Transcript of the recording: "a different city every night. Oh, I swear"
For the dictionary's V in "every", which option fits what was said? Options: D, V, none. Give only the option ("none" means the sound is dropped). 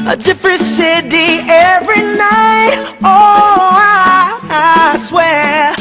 V